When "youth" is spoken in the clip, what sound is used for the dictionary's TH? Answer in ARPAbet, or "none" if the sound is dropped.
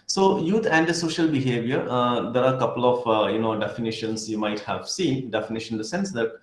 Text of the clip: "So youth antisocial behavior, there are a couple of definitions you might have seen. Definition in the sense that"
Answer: T